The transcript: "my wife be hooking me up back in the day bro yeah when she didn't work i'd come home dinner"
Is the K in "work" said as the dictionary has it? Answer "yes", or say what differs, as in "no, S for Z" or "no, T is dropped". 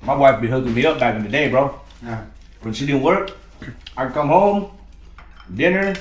yes